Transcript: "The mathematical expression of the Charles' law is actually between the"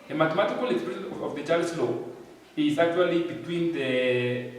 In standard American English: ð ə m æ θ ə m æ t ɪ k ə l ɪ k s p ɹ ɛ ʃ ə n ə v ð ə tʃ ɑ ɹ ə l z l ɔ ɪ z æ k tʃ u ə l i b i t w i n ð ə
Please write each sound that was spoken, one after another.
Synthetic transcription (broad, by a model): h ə m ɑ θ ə m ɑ t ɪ k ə l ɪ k s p ɛ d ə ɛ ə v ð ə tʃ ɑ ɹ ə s l ɔ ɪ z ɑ k tʃ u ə l i b i t w i n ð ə